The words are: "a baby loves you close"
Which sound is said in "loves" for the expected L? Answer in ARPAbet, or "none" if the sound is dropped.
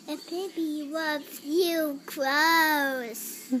W